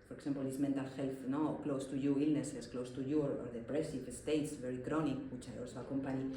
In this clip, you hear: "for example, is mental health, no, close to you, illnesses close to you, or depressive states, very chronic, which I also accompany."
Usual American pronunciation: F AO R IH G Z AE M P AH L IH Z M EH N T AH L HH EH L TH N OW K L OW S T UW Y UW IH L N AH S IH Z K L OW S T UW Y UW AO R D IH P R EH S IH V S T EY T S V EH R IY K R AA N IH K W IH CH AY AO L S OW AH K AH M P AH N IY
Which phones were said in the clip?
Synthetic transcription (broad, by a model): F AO R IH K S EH M P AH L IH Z M EH N T AH L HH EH L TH N OW K L OW S T UW Y UW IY L N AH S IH S K L OW S T UW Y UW AO R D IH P R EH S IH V S T EY T S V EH R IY K R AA N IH K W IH CH AY AO L S OW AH K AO M P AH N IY